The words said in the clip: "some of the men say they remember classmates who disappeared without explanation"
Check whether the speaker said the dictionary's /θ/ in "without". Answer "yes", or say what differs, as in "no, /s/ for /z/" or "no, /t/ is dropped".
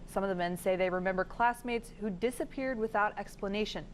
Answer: yes